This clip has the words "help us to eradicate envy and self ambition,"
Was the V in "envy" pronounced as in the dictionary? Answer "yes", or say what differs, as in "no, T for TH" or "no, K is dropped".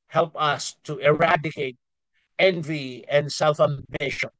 yes